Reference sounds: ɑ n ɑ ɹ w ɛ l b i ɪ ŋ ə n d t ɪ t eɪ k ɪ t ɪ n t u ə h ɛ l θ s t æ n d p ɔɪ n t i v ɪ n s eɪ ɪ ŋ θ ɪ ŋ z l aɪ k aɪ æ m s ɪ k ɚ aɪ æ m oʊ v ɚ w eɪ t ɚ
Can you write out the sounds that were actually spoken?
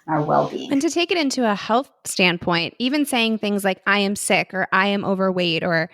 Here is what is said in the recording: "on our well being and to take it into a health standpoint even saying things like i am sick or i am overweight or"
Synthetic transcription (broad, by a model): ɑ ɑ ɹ w ɛ l b i ɪ ŋ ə n t ɪ t eɪ k ɪ t ɪ n t u ə h ɛ l θ s t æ n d p ɔɪ n t i v ɪ n s eɪ ɪ ŋ θ ɪ ŋ z l aɪ k aɪ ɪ m s ɪ k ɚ aɪ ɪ m oʊ v ɚ w eɪ t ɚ